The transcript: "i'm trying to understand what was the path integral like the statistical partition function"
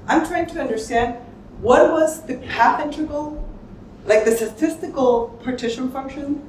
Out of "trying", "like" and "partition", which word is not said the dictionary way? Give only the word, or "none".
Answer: none